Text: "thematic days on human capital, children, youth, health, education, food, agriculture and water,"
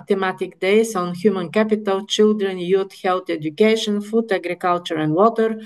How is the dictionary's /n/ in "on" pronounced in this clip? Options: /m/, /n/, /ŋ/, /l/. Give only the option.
/n/